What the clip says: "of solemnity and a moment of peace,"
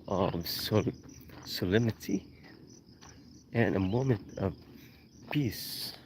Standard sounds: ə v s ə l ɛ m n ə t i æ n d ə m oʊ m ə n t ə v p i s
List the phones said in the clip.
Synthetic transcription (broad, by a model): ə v s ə l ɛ m ə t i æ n ə m oʊ m ə n t ə v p i s